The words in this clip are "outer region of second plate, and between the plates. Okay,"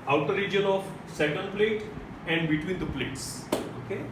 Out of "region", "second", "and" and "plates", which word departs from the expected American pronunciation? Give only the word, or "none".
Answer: none